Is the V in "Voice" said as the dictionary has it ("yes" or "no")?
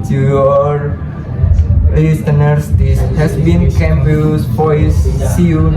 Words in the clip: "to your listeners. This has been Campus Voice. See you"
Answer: no